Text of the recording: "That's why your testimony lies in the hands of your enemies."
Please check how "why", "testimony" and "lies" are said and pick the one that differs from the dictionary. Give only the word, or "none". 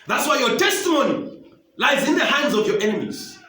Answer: none